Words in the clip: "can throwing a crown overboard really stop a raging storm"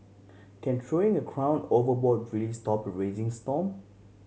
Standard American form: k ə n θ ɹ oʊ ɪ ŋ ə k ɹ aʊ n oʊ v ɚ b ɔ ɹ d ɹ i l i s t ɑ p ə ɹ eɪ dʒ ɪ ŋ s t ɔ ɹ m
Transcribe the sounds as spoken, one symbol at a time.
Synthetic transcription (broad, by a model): k ə n t ɹ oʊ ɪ ŋ ə k ɹ aʊ n oʊ v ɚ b ɔ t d ɹ i l i s t ɑ p ə ɹ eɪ z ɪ ŋ s t ɔ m